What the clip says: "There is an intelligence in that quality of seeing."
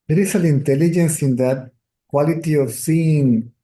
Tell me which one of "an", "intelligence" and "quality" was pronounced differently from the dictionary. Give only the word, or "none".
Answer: an